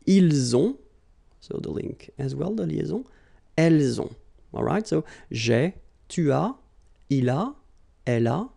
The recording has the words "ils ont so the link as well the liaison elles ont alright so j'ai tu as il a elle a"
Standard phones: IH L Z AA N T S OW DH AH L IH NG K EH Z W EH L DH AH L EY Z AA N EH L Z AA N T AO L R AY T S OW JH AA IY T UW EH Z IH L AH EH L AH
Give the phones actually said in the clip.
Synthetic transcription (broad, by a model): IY L Z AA S OW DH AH L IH NG K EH Z W EH L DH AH L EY Z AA EH L Z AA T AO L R AY T S OW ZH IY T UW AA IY L AH EH L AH